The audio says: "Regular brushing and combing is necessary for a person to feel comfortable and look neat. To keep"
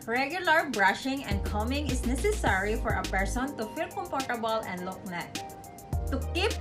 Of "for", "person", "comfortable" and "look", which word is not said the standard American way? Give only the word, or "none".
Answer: comfortable